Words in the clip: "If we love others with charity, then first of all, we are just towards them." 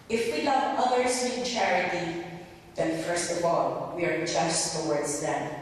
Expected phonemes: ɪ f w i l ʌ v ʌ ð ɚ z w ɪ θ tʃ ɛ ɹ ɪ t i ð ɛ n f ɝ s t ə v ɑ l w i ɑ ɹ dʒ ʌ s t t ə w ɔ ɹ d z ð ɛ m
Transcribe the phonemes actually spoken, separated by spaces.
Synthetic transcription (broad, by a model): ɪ f w i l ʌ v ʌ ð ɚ s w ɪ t tʃ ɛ ɹ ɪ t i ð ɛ n f ɝ s t ə v ɑ l w i ɑ ɹ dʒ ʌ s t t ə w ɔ ɹ d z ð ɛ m